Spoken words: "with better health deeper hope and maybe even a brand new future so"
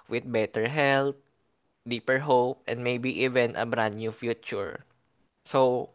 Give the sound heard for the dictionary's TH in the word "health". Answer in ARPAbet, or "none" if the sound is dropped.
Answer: T